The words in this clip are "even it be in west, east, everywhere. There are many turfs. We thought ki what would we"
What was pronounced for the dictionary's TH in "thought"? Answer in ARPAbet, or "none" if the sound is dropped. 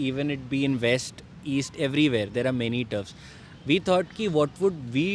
T